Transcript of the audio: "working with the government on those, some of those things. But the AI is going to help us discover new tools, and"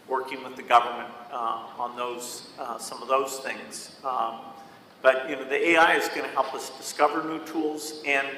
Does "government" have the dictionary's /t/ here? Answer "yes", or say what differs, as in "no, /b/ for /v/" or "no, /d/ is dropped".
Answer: yes